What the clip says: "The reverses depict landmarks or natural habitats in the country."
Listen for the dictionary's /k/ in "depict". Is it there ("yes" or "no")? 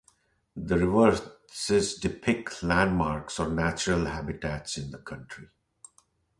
yes